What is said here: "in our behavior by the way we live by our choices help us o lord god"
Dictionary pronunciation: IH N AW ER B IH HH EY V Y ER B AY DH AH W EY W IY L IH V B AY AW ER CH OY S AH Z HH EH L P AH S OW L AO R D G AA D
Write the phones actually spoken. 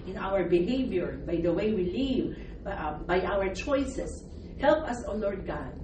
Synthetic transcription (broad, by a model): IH N AW ER B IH HH EY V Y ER B AY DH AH W EY W IY L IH V B AY AW ER CH OY S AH S HH EH L P AH S OW L AO R D G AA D